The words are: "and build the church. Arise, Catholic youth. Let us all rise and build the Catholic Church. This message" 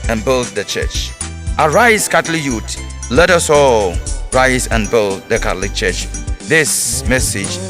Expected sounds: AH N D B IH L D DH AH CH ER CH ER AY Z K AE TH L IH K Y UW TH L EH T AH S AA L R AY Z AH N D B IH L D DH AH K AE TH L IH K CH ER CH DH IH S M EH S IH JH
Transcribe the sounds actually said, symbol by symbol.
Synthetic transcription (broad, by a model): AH N B IH L D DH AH CH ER CH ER AY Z K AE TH L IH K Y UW T L EH T AH S AA L R AY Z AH N B IH L D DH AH K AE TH L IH K CH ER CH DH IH S M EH S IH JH